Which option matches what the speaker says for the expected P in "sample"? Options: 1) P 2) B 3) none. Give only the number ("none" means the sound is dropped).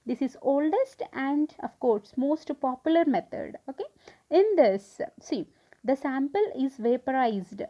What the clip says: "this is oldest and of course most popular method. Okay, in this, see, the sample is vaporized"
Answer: 1